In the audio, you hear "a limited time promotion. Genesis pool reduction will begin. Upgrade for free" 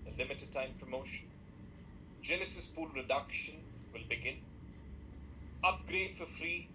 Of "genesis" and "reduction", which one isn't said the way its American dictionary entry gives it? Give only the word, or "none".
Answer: genesis